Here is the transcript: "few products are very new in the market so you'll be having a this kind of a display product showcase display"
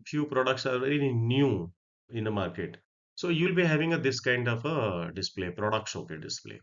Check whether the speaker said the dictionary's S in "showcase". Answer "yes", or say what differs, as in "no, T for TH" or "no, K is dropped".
no, S is dropped